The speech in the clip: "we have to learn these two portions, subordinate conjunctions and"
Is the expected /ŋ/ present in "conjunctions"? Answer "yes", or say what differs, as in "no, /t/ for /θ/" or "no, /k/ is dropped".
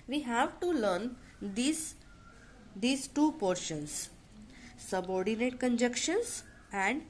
no, /ŋ/ is dropped